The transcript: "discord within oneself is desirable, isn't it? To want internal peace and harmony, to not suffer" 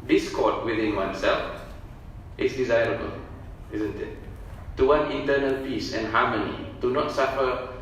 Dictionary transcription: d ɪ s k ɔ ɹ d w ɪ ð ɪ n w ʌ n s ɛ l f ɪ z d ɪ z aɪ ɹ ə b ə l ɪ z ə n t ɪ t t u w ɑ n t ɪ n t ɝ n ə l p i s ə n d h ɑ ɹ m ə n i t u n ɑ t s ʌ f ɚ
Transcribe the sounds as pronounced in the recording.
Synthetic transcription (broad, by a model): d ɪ s k ɔ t w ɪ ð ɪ n w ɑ n s ɛ l f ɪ s d ɪ z aɪ ɹ ə b ə l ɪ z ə n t ɪ t t u w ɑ n ɪ n t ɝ n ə l p i s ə n h ɑ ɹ m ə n i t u n ɑ t s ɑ f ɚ